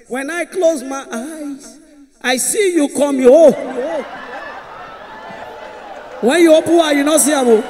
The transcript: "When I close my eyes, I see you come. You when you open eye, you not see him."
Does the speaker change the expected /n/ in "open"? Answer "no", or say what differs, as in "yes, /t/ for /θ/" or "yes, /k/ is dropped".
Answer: yes, /n/ is dropped